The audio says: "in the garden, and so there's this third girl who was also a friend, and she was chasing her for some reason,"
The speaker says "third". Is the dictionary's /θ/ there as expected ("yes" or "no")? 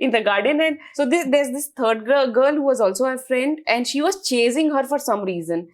no